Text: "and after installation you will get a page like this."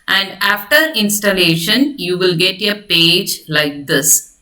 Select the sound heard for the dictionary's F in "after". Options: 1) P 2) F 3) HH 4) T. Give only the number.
2